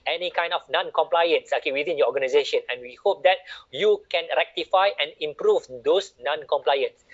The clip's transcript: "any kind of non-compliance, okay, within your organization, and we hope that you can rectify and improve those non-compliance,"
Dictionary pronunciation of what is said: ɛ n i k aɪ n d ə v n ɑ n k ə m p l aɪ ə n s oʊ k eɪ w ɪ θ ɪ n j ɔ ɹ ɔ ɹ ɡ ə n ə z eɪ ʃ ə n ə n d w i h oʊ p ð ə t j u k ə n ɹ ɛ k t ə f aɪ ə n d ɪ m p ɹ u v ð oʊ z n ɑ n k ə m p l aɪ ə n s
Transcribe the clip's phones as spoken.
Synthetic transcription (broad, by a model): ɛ n i k aɪ n d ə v n ɑ n k ə m p l aɪ ə n s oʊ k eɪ w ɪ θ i n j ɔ ɔ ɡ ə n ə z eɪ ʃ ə n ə n w i h oʊ p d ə t j u k ə n ɹ ɛ k t ə f aɪ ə n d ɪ m p ɹ u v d oʊ s n ɑ n k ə m p l aɪ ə n s